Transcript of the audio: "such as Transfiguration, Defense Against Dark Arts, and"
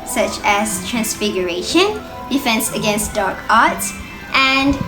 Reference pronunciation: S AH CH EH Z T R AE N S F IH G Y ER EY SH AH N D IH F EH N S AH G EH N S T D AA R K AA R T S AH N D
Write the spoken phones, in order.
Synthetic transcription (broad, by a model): S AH CH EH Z T R AE N S F IH G Y ER EY SH AH N D IH F EH N S AH G EH N S T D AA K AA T T AH N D